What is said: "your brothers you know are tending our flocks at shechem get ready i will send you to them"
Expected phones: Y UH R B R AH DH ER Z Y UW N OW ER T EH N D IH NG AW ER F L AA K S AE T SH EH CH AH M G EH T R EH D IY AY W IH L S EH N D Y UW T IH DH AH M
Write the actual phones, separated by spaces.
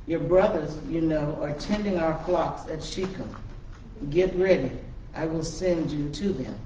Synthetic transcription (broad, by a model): Y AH R B R AH DH ER Z Y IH N OW ER T EH N D IH NG AW ER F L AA K S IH T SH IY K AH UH G EH T R EH D IY AY W IH L S EH N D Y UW T IH DH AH M